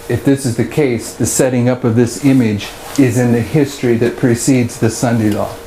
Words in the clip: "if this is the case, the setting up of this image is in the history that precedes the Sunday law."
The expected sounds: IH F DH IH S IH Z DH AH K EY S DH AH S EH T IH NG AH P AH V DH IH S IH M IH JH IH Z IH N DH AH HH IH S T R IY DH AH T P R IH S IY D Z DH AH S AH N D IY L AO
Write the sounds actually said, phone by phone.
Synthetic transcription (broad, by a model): IH F DH IH S IH Z DH AH K EY S DH AH S EH T IH NG AH P AH V DH IH S IH M IH JH IH Z IH N DH AH HH IH S T R IY DH AH T P R IH S IY D Z DH AH S AH N D IY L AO